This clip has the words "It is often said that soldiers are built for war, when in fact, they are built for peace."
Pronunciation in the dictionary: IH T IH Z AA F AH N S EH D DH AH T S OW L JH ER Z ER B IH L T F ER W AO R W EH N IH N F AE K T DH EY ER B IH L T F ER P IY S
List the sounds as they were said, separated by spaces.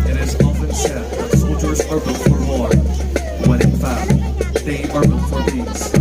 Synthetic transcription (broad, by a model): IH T IH Z AA F AH N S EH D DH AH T S OW L JH ER Z ER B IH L F ER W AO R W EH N IH N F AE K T DH EY ER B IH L F ER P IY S